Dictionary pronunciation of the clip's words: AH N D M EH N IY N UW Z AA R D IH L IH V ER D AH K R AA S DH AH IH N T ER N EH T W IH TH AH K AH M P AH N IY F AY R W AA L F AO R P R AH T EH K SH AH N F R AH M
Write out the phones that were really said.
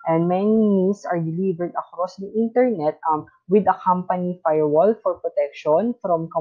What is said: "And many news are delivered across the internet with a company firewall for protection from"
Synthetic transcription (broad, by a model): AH N D M EH N IY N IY S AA R D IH L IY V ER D AH K R AA S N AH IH N T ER N EH T W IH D AH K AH M P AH N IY F AY R W AA L F AO R P R AH T EH K SH AH N F R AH M